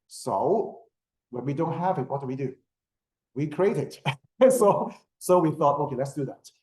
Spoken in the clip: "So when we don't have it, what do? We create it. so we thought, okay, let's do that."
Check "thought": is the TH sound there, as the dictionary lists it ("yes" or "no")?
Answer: yes